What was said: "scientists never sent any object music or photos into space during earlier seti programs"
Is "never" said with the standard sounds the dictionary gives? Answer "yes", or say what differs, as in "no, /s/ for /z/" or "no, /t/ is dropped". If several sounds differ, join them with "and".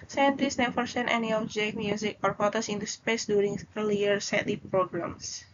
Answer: no, /f/ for /v/